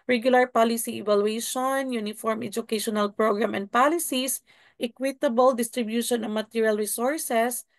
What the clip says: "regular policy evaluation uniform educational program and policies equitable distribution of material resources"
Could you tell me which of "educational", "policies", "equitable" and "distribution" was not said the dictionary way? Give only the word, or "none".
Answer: policies